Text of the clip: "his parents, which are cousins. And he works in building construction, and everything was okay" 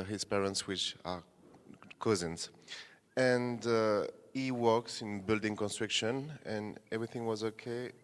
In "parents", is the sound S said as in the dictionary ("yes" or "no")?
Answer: yes